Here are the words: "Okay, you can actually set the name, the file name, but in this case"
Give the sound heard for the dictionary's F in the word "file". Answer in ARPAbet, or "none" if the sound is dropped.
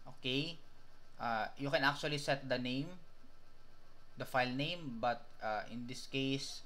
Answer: F